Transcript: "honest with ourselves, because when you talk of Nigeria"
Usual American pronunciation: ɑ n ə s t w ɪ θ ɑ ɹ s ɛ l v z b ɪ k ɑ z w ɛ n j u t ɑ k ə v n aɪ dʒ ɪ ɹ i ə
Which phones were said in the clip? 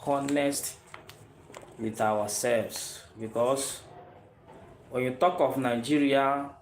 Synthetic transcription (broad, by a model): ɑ n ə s t w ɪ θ ɑ w s ɛ l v s b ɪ k ɑ s w ɛ n j u t ɑ k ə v n aɪ dʒ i ɹ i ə